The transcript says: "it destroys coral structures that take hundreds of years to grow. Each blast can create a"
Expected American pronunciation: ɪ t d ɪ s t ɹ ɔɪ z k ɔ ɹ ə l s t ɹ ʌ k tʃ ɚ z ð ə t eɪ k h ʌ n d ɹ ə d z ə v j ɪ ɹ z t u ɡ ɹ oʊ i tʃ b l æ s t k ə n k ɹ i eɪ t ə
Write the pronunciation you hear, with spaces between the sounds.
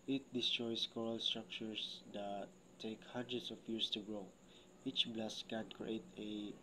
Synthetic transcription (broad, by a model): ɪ t d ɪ s t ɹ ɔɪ s k ɔ ɹ ə l s t ɹ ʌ k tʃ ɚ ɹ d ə t eɪ k h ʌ n d ɹ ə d s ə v j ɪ ɹ s t u ɡ ɹ oʊ i tʃ b l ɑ s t k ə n k ɹ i eɪ t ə